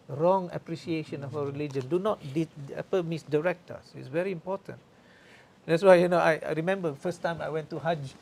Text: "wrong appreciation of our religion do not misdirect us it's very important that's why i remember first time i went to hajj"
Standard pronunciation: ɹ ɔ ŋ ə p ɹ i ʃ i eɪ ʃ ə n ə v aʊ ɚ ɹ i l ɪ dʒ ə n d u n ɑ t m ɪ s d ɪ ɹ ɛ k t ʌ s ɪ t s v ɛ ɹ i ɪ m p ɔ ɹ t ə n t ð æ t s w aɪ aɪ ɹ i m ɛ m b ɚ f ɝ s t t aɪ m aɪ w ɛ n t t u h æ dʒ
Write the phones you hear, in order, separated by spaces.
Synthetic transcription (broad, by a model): ɹ ɔ ŋ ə p ɹ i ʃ i eɪ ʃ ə n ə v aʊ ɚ ɹ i l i dʒ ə n d u n ɑ t m ɪ s d ɪ ɹ ɛ k t ʌ s ɪ t s v ɛ ɹ i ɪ m p ɔ t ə n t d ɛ t s w aɪ aɪ ɹ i m ɛ m b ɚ f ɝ s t t aɪ m aɪ w ɛ n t t u h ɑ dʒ